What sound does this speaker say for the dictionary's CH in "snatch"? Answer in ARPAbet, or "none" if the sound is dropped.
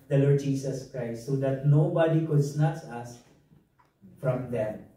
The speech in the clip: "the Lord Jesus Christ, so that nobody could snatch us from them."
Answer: S